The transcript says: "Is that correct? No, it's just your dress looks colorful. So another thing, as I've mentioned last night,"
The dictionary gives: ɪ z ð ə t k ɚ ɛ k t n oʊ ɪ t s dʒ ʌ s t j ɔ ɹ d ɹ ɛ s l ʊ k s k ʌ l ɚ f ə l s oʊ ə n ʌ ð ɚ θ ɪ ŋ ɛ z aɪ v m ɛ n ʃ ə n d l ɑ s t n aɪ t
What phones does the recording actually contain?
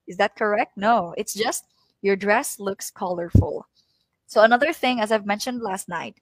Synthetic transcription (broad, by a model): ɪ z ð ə t k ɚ ɛ k t n oʊ ɪ t s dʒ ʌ s t j ɔ ɹ d ɹ ɛ s l ʊ k s k ʌ l ɚ f ə l s oʊ ə n ʌ ð ɚ θ ɪ ŋ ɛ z aɪ v m ɛ n ʃ ə n d l ɑ s t n aɪ t